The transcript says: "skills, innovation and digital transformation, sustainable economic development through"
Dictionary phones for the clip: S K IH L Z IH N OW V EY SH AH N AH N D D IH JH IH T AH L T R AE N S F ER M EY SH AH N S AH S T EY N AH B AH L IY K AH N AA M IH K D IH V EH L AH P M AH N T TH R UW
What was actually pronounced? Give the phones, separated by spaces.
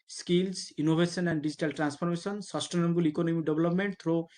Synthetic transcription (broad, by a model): S K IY L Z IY N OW B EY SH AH N AH N D D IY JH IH T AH L T R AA N S P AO M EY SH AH N S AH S T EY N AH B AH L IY K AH N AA M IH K D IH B L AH P M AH N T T R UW